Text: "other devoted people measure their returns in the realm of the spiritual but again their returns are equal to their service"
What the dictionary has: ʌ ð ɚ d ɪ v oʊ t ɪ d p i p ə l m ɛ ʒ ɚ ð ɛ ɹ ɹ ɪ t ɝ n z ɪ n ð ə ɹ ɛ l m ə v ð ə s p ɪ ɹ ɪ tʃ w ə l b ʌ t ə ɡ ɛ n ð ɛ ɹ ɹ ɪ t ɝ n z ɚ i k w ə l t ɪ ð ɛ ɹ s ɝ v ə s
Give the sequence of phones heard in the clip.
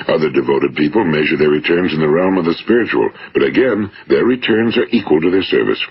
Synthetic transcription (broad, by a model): ʌ ð ɚ d ɪ v oʊ t ɪ d p i p ə l m ɛ ʒ ɚ ð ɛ ɹ ɹ ɪ t ɝ n z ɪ n ð ə ɹ ɛ l m ə v ð ə s p ɪ ɹ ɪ tʃ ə l b ʌ t ə ɡ ɛ n ð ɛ ɹ ɹ ɪ t ɝ n z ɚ i k w ə l t ɪ ð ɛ ɹ s ɝ v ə s